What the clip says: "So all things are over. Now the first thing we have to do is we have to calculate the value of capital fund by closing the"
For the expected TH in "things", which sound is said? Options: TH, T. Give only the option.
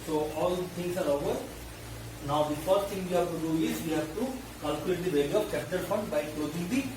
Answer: T